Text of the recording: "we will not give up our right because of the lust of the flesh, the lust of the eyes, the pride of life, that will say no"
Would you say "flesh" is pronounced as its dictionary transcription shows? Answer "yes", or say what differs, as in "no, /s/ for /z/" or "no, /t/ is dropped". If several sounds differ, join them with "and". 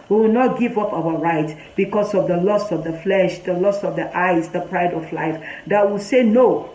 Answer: yes